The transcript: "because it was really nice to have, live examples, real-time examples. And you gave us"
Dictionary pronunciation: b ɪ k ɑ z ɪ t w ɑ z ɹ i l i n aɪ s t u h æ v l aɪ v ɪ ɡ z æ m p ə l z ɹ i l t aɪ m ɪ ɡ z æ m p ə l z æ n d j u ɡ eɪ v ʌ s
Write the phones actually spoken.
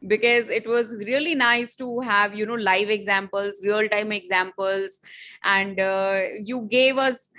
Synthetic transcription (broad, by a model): b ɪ k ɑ z ɪ t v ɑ z ɹ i l i n aɪ s t u h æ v l aɪ v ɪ ɡ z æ m p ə l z ɹ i l t aɪ m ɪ ɡ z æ m p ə l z æ n d j u ɡ eɪ v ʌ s